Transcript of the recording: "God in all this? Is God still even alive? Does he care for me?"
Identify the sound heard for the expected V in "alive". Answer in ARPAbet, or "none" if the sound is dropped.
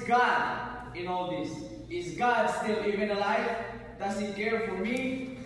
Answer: F